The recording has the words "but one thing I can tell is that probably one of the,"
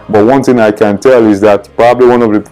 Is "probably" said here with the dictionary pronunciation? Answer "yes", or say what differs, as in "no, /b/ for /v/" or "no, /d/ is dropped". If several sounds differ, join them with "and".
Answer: yes